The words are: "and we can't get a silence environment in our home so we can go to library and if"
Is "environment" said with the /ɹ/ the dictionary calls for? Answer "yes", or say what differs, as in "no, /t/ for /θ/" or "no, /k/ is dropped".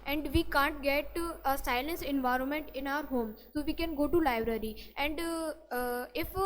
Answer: yes